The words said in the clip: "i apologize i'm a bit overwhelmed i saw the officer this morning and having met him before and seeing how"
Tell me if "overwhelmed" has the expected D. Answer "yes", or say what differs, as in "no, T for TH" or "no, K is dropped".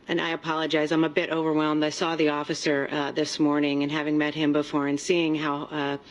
yes